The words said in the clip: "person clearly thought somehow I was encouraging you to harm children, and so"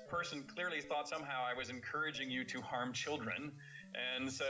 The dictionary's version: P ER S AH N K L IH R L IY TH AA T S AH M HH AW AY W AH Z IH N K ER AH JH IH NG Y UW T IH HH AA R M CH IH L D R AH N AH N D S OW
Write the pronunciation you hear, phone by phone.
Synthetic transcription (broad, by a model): P ER S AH N K L IH R L IY TH AA T S AH M HH AW AY W AH Z IH N K ER AH JH IH NG Y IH T IH HH AA R M CH IH L D R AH N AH N S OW